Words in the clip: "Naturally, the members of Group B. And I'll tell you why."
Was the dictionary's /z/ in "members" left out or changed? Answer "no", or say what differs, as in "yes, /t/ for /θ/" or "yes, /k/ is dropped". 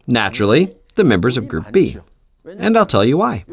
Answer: no